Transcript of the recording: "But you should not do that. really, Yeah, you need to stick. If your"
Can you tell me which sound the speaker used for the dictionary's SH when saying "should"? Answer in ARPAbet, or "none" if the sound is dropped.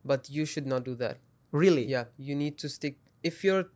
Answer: SH